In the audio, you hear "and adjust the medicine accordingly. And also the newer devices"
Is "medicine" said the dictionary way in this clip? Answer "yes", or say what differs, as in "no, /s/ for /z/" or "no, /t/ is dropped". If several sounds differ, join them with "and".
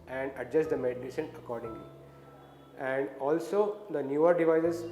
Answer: no, /ʃ/ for /s/